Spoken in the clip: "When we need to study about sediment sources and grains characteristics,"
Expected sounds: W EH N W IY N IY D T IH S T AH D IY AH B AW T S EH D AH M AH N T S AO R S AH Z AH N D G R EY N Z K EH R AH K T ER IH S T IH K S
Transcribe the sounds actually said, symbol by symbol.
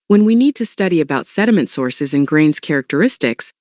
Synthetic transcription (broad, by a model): W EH N W IY N IY D T IH S T AH D IY AH B AW T S EH D AH M AH N T S AO R S AH Z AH N G R EY N Z K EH R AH K T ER IH S T IH K S